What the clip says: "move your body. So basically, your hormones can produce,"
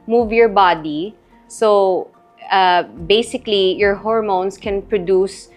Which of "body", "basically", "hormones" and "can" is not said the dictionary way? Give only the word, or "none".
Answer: hormones